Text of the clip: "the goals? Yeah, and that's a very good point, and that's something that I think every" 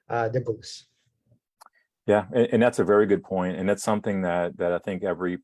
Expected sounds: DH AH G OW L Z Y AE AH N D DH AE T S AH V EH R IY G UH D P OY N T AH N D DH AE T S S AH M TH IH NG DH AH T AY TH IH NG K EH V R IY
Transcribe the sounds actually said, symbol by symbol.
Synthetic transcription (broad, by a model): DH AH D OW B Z Y AE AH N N DH AE T S AH V EH R IY G UH D P OY N T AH N DH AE T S S AH M TH IH NG DH AH T AY TH IH NG K EH V R IY